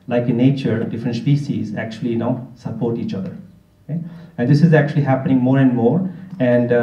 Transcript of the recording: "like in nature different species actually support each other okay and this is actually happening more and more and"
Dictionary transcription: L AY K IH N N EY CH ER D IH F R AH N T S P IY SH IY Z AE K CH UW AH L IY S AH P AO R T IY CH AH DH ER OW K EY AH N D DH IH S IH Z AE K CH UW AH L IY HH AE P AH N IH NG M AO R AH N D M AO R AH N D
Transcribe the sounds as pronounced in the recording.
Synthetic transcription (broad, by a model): L AY K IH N N EY CH ER D IH F R AH N T S P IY S IY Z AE K CH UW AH L IY S AH P AO R T IY CH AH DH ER OW K EY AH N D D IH S IH Z AE K CH UW AH L IY HH AE P AH N IH NG M AO R AH N D M AO R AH N D